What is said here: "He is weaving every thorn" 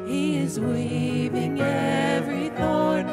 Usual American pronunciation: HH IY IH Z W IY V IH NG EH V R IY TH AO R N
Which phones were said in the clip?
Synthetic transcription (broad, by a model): HH IY IH Z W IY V IH NG EH V R IY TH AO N